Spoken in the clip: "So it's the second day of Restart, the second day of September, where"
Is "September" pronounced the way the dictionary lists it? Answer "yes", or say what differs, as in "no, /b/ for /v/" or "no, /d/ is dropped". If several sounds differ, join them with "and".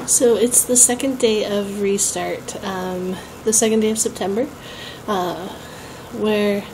yes